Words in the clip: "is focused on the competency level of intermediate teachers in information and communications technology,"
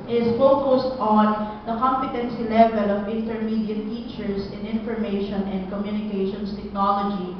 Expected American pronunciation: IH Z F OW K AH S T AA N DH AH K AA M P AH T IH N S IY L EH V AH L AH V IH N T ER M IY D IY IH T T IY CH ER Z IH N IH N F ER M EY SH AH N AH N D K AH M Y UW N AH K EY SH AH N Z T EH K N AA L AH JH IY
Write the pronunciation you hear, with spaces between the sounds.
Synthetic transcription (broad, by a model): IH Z F OW K AH S T AA N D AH K AA M P AH T IH N S IY L EH V AH L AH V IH N T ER M IY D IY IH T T IY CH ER S IH N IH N F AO M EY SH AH N AH N D K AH M Y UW N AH K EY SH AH N S T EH K N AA L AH JH IY